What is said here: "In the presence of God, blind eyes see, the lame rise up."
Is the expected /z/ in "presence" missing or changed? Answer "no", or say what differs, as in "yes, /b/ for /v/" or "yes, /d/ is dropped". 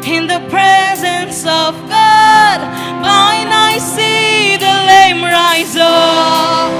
no